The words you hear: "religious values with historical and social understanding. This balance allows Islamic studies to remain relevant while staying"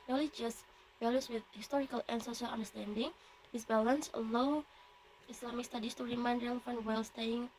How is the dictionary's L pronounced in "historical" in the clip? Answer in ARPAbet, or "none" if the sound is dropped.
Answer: L